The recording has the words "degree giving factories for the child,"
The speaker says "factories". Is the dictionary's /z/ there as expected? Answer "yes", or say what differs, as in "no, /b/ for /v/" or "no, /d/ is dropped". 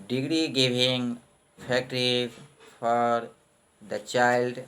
no, /z/ is dropped